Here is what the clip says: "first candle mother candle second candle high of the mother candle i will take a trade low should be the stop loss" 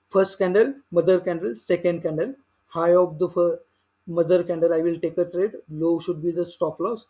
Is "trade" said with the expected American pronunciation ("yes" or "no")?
yes